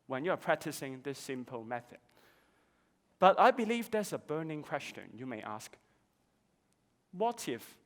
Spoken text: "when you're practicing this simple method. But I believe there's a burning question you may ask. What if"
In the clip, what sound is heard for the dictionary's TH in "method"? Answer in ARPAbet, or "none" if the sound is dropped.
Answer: TH